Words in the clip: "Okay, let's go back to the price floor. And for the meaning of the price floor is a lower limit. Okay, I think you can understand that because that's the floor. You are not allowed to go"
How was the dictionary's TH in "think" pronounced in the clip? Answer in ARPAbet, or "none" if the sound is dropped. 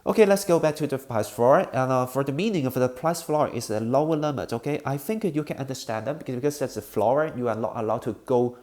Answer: TH